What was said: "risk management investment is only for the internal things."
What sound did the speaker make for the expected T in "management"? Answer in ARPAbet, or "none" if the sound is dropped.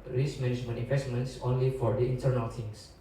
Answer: none